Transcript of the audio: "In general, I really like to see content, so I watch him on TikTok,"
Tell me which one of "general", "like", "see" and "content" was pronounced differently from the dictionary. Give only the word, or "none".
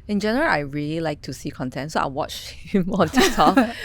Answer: none